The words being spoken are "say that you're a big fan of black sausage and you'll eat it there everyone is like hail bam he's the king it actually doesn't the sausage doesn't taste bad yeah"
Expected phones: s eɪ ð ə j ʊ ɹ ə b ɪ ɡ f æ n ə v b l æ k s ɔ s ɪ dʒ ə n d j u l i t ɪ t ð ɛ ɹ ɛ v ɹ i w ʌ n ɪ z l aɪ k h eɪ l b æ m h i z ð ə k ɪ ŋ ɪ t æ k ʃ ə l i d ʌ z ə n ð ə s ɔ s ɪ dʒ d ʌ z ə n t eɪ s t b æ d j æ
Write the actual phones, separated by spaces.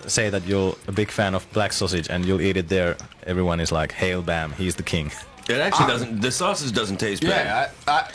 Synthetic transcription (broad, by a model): s eɪ ð ə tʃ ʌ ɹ ə b ɪ ɡ f æ n ə v b l æ k s ɔ s ɪ dʒ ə n j u l i t ɪ t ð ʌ ɹ ɛ v ɹ i w ʌ n ɪ z l aɪ k h eɪ l b æ m h i z ð ə k ɪ ŋ ɪ t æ k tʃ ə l i d ʌ z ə n ð ə s ɔ s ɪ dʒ d ʌ z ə n t eɪ s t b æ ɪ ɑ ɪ